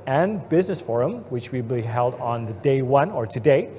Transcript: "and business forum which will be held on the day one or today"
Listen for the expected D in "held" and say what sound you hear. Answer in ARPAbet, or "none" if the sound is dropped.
D